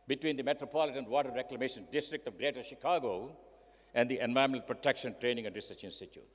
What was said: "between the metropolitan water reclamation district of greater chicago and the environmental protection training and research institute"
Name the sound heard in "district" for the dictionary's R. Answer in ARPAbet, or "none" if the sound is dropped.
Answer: R